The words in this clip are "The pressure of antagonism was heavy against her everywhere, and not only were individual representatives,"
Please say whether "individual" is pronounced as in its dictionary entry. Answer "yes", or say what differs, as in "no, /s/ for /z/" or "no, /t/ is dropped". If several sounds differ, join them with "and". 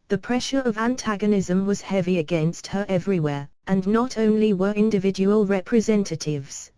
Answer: yes